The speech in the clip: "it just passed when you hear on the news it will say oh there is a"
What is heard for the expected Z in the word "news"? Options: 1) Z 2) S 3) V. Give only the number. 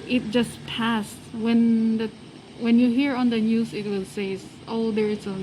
2